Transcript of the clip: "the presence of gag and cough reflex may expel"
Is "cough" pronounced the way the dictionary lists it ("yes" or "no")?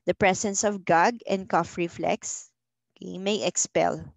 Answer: yes